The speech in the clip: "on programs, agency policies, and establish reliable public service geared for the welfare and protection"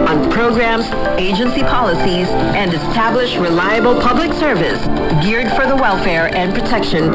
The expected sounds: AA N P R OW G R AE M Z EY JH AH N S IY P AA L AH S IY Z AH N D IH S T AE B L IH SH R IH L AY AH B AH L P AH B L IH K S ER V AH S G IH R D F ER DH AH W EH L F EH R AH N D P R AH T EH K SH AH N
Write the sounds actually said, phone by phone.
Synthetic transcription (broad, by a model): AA N P R OW G R AE M Z EY JH AH N S IY P AA L AH S IY Z AH N D IH S T AE B L IH SH R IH L AY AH B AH L P AH B L IH K S ER V AH S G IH R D F ER DH AH W EH L F EH R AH N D P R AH T EH K SH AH N